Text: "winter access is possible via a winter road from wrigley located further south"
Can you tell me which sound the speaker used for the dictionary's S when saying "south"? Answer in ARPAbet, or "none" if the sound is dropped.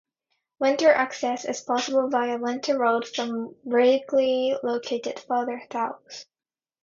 TH